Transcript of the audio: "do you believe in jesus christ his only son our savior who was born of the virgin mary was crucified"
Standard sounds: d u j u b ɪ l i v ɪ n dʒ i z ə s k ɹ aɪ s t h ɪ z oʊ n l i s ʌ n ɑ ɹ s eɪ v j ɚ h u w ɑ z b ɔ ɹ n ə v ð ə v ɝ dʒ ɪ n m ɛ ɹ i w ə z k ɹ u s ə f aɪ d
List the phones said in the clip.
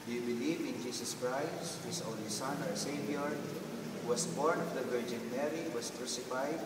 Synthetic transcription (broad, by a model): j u b ɪ l i v ɪ n dʒ i s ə s k ɹ aɪ s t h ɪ s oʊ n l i s ʌ n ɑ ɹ s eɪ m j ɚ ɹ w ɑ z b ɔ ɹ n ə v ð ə v ɝ dʒ ɪ n m ɛ ɹ i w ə s k ɹ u s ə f aɪ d